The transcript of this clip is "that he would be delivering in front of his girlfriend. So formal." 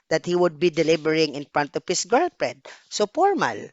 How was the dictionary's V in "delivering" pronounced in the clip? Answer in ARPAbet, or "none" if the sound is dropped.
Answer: B